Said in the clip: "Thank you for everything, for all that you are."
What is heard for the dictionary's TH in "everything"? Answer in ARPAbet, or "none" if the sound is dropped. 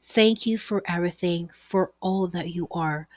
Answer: TH